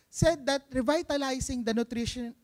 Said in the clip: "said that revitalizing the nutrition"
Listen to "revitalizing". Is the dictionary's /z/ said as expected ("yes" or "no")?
no